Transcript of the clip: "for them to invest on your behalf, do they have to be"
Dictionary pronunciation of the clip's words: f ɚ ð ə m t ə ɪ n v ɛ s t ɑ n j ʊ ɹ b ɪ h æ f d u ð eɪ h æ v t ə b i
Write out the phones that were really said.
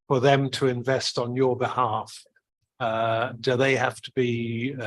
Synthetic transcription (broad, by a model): f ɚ ð ə m t ə ɪ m v ɛ s t n j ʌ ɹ b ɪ h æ f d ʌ ð eɪ h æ f t ə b i